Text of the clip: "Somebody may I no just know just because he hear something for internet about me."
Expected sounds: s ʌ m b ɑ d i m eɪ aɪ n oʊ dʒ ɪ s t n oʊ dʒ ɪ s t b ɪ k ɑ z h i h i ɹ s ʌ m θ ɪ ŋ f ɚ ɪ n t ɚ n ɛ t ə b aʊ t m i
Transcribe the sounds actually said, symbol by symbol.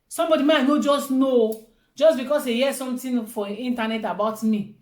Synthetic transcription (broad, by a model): s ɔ m b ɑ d i m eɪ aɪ n oʊ dʒ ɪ s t n oʊ dʒ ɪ s b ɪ k ɑ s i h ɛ s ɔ m t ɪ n f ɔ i n t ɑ n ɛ t ə b aʊ t m i